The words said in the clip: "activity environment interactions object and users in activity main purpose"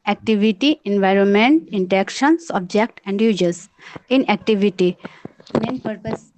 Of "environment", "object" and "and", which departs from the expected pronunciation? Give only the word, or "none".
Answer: none